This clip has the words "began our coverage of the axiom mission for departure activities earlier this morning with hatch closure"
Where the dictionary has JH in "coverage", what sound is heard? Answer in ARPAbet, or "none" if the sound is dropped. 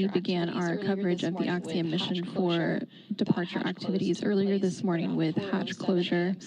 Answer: JH